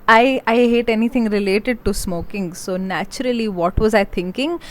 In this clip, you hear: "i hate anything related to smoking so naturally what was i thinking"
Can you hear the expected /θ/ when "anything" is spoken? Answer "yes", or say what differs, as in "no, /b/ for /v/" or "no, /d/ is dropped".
no, /t/ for /θ/